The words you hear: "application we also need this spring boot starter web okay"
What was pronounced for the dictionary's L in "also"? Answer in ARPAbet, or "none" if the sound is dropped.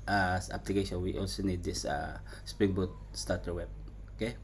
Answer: L